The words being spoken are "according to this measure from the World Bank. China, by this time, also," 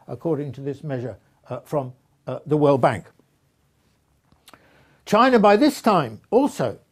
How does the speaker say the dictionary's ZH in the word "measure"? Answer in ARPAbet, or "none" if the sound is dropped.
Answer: ZH